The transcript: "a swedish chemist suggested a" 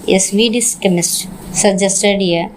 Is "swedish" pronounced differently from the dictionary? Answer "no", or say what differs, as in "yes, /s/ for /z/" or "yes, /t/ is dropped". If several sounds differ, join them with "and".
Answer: yes, /s/ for /ʃ/